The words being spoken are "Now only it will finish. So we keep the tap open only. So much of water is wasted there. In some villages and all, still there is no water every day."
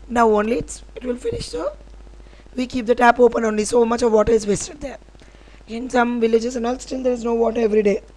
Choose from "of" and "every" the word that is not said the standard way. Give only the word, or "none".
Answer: none